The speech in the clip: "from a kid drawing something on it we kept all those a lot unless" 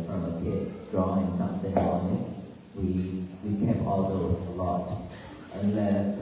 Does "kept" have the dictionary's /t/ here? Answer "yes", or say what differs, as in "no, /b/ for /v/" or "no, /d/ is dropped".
no, /t/ is dropped